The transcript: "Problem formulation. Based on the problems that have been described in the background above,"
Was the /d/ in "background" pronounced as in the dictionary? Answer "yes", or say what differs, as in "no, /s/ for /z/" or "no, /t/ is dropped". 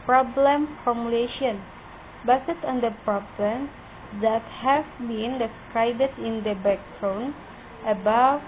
no, /d/ is dropped